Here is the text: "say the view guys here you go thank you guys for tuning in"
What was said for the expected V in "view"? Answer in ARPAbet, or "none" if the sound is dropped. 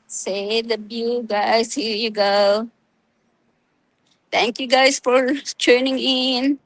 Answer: B